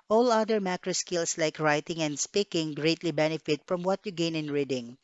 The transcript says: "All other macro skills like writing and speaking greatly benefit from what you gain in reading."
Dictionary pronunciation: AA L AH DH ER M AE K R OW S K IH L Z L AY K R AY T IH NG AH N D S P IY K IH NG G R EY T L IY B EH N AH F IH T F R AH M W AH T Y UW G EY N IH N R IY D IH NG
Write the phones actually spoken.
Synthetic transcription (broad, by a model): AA L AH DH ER M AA K R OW S K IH L S L AY K R AY T IH NG AH N D S P IY K IH NG G R EY T L IY B EH N AH F IH T F R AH M W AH T Y UW G EY N IH N R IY D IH NG